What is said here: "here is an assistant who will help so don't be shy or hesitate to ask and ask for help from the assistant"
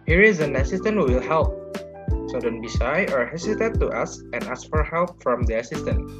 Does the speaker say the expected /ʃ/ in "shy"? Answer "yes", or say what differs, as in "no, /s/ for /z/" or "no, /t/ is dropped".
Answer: no, /s/ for /ʃ/